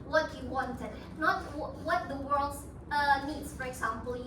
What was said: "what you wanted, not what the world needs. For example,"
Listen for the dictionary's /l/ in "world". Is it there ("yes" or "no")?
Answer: yes